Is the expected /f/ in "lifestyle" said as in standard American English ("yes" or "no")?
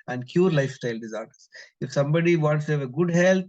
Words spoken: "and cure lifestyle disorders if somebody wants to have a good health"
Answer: yes